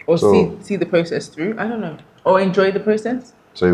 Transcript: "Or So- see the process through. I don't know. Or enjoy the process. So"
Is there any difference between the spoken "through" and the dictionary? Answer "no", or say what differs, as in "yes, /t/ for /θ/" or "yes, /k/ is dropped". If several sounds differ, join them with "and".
no